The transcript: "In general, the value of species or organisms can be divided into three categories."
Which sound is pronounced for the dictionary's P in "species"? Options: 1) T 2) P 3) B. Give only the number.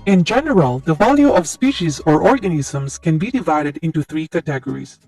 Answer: 2